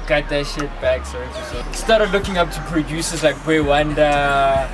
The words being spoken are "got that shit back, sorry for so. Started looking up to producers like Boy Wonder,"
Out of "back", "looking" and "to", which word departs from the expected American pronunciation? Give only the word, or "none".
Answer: none